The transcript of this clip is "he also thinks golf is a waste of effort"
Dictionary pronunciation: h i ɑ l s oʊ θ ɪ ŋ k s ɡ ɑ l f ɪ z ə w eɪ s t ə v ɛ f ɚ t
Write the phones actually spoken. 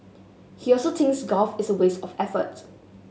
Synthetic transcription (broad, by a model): h i ɑ l s oʊ t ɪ ŋ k s ɡ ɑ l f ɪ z ə w eɪ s ə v ɛ f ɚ t